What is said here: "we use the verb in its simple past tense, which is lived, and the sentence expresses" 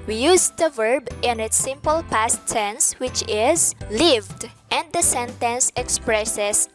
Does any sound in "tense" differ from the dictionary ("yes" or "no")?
yes